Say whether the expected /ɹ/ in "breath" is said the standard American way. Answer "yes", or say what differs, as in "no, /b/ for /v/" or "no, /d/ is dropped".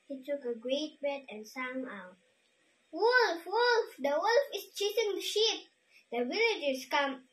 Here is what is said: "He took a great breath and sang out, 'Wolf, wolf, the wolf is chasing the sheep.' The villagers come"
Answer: no, /ɹ/ is dropped